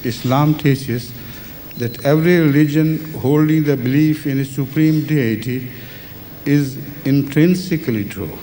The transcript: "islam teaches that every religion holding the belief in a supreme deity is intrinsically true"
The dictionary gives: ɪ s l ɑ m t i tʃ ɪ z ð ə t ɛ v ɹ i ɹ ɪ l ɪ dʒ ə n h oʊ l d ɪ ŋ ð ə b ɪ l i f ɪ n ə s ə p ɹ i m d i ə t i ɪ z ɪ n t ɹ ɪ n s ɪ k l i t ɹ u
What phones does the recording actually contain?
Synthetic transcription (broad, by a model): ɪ s l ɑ m t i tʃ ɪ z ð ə t ɛ v ɹ i ɹ ɪ l ɪ dʒ ə n h oʊ l d ɪ ŋ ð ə b ɪ l i f ɪ n ə s ə p ɹ i m d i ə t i ɪ z ɪ n t ɹ ɪ n s ɪ k l i t ɹ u